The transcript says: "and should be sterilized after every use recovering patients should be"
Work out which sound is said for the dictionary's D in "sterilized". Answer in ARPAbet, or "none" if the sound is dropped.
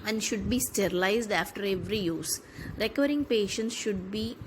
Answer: D